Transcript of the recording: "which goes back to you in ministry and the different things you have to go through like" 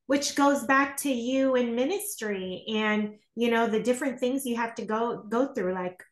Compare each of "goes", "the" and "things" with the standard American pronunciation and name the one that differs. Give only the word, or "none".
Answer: none